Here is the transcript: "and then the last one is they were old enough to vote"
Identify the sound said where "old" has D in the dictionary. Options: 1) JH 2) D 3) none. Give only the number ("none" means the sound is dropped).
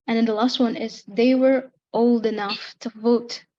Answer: 2